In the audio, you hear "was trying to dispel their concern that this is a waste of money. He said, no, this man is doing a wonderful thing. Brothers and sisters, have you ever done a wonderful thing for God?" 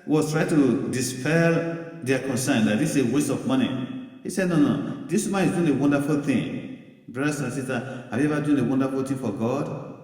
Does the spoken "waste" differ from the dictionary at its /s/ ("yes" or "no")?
no